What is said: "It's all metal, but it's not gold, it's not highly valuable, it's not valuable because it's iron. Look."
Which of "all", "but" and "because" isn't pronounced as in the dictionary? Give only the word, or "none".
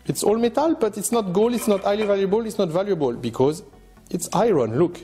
none